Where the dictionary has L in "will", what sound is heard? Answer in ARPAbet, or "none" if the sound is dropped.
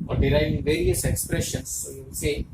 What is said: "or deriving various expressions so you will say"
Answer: N